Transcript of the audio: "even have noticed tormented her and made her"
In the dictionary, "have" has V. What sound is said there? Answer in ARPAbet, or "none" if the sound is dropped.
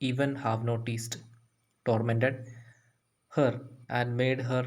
V